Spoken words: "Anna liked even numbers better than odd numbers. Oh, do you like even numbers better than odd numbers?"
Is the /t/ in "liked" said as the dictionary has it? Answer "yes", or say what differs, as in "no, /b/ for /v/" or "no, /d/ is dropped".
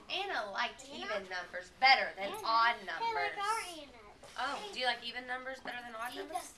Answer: no, /t/ is dropped